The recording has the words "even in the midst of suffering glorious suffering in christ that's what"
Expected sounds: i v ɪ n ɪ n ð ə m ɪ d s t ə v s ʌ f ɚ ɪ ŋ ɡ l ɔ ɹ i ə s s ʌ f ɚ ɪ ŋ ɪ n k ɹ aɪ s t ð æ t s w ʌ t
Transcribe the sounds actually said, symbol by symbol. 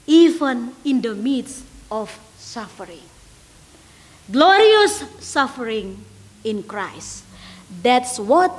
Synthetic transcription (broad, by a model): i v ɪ n ɪ n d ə m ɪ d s ə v s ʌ f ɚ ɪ ŋ ɡ l ɔ ɹ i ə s s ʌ f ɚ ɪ ŋ ɪ n k ɹ aɪ s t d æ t s w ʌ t